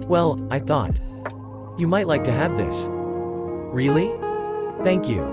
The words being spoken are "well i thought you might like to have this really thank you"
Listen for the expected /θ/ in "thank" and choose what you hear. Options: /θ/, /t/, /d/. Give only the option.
/θ/